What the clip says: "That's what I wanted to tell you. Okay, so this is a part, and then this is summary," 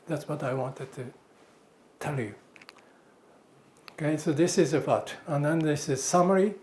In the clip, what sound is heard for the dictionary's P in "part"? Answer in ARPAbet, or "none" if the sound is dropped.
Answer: F